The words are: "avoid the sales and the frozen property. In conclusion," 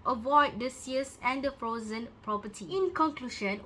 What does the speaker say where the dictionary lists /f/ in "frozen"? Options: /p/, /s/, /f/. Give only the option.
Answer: /f/